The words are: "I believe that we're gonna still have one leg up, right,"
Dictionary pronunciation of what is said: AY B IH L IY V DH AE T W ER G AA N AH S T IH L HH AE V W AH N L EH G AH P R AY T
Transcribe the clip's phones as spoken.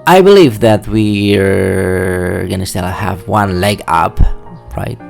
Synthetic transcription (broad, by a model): AY B IH L IY V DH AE T W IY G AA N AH S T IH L HH AE V W AH N L EH G AH P R AY T